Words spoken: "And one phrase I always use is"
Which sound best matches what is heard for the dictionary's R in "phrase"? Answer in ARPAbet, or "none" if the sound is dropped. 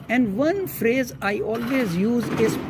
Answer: R